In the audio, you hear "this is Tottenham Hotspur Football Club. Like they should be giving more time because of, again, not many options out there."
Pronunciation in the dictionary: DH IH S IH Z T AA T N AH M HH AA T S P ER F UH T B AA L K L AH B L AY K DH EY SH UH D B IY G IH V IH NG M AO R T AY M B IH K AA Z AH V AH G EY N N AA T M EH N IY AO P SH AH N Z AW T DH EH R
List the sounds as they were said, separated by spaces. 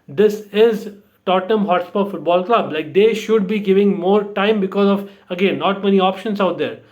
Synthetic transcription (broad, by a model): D IH S IH Z T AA T AH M HH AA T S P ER F UH T B AA L K L AH B L AY K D EY SH UH D B IY G IH V IH NG M AO R T AY M B IH K AA Z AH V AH G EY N N AA T M EH N IY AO P SH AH N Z AW T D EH R